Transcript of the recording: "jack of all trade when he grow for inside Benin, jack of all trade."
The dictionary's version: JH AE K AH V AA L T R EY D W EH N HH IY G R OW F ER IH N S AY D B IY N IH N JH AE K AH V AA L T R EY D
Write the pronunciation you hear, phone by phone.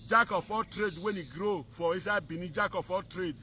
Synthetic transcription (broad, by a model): JH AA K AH P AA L T R EY D W EH N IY G R OW F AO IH S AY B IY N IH JH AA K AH P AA T R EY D